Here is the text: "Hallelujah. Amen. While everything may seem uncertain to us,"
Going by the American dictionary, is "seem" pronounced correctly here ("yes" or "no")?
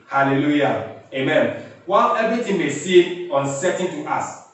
no